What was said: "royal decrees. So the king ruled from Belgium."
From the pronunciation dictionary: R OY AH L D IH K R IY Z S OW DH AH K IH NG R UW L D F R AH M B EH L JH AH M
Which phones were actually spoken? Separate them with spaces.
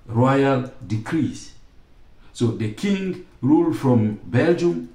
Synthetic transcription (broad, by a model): R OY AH L D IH K R IY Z S OW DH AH K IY NG R UW L D F R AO M B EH L JH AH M